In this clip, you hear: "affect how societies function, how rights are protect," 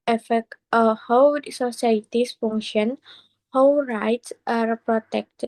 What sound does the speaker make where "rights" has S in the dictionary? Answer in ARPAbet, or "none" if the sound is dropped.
S